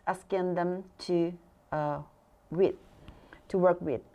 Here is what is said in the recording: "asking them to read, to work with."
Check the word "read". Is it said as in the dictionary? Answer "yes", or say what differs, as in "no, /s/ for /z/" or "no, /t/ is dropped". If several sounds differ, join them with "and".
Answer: no, /w/ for /ɹ/